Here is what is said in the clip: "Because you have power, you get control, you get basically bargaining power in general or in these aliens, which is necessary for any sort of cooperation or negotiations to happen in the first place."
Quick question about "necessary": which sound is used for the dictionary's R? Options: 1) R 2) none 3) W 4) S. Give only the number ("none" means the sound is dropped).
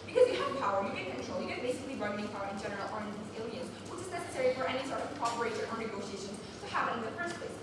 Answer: 1